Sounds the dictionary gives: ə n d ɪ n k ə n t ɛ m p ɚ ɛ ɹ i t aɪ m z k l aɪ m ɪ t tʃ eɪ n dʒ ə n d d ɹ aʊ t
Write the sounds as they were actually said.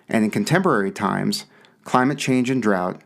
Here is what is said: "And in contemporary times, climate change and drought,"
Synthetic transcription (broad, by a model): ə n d ɪ n k ə n t ɛ m p ɚ ɛ ɹ i t aɪ m z k l aɪ m ɪ t tʃ eɪ n dʒ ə n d d ɹ aʊ t